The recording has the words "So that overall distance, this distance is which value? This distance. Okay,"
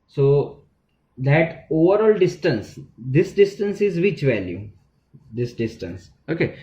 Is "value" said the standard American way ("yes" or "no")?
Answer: yes